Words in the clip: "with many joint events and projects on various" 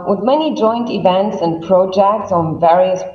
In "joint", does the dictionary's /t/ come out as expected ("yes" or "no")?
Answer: yes